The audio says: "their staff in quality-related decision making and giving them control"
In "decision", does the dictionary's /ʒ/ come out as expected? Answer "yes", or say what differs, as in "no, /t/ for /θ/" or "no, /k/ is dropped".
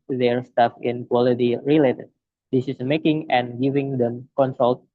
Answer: no, /s/ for /ʒ/